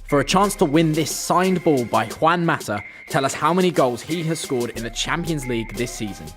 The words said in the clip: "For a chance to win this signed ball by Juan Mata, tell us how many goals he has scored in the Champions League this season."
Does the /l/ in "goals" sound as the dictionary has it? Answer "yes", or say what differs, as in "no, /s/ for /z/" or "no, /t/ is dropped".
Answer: yes